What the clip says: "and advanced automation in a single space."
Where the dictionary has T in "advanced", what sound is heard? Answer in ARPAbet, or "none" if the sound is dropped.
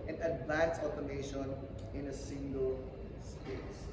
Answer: none